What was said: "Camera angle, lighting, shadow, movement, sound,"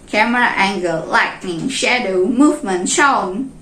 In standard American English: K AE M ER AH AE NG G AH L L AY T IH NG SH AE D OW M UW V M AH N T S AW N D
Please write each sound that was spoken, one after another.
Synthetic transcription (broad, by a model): K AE M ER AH AE NG G AH L L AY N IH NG SH AE D OW M UW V M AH N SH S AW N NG